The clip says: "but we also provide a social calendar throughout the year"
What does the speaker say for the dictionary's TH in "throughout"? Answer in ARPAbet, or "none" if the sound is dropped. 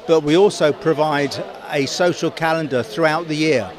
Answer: TH